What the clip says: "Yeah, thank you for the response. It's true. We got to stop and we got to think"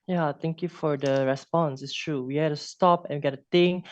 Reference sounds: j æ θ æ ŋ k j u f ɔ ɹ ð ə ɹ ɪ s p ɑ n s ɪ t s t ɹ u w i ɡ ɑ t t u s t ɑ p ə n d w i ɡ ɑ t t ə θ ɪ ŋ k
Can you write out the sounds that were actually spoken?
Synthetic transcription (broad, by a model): j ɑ t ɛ ŋ k j u f ɔ ɹ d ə ɹ ɪ s p ɑ n s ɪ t s t ɹ u w i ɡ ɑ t t u s t ɑ p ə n w i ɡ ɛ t t ə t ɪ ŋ